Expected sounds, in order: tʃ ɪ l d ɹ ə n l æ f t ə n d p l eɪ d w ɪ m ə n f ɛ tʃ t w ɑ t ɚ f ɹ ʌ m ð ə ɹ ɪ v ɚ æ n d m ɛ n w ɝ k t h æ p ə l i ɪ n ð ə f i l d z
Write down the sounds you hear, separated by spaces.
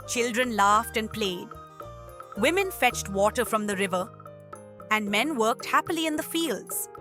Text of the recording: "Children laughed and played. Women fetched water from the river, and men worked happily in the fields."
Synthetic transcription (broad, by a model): tʃ ɪ l d ɹ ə n l æ f t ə n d p l eɪ d w ɪ m ə n f ɛ tʃ t w ɑ t ɚ f ɹ ʌ m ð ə ɹ ɪ v ɚ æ n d m ɛ n w ɝ k t h æ p ə l i ɪ n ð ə f i l d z